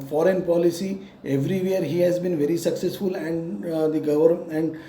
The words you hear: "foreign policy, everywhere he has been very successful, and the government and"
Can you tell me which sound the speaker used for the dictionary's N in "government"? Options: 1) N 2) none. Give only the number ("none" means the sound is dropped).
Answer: 2